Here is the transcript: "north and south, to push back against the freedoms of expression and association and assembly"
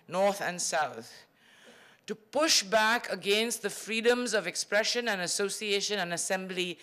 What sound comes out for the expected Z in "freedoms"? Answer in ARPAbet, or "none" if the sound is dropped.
Z